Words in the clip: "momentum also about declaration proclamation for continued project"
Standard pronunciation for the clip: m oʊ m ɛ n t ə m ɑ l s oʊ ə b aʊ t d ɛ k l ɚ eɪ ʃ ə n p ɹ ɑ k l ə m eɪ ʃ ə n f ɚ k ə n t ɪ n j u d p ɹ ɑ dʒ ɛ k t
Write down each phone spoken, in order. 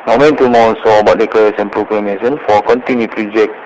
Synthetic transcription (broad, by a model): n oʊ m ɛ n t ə m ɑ s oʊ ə b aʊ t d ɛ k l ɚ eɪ s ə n p ɹ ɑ k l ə m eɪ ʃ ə n f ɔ k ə n t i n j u p ɹ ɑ dʒ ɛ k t